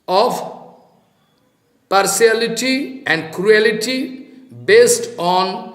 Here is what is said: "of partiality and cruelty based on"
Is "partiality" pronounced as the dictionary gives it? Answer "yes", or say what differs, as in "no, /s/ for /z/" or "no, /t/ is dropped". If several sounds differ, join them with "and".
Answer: no, /s/ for /ʃ/